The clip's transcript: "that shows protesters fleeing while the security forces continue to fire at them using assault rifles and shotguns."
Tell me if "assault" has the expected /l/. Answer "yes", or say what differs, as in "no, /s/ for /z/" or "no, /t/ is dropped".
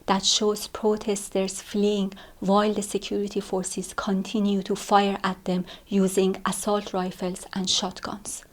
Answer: yes